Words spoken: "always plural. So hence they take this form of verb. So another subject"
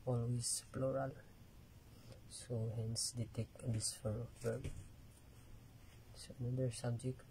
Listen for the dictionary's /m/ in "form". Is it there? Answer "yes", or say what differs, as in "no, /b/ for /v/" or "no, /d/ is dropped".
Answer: no, /m/ is dropped